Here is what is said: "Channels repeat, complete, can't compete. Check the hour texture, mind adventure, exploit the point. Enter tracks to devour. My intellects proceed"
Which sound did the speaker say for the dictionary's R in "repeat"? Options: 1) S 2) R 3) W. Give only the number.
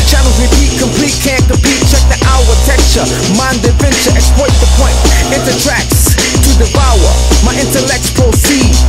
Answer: 3